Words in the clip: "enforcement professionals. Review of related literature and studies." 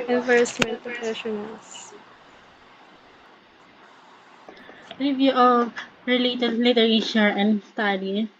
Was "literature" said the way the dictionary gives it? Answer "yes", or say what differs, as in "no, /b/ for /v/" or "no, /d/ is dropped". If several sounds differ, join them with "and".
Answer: no, /ʃ/ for /tʃ/